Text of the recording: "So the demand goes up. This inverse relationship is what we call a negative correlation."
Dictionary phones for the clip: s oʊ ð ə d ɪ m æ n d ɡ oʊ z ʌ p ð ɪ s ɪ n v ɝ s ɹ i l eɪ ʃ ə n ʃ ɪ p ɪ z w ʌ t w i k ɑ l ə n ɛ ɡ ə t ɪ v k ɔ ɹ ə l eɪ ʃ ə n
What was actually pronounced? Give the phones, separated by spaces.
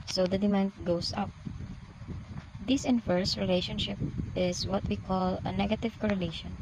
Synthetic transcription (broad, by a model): s oʊ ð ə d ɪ m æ n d ɡ oʊ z ʌ p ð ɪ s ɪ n f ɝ s ɹ i l eɪ ʃ ə n ʃ ɪ p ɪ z w ʌ t w i k ɑ l ə n ɛ ɡ ə t ɪ v k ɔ ɹ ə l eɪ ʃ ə n